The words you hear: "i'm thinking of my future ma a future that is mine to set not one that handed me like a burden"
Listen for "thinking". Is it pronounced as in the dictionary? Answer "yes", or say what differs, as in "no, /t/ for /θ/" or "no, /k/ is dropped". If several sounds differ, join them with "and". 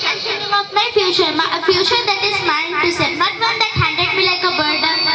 no, /k/ is dropped